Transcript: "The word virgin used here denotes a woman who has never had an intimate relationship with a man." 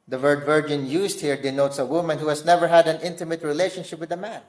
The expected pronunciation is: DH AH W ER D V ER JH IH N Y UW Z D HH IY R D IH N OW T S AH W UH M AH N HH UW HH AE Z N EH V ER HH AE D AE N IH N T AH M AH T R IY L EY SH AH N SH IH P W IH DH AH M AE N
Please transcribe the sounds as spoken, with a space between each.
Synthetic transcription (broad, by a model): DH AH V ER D V ER JH IH N Y UW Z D HH IY R D IH N OW T S AH W UH M AH N HH UW HH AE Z N EH V ER HH AE D AE N IH N T AH M AH T R IY L EY SH AH N SH IH P W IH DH AH M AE N